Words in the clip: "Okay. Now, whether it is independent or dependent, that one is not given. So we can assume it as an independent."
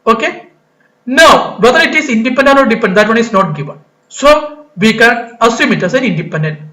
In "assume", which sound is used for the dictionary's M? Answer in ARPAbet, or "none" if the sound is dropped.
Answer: M